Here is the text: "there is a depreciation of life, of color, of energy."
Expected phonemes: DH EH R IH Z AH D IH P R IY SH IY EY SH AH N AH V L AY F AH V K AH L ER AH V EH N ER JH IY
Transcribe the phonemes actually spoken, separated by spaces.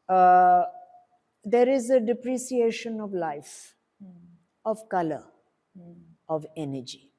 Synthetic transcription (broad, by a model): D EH R IH Z AH D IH P R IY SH IY EY SH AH N AH V L AY F AH V K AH L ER AH V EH N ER JH IY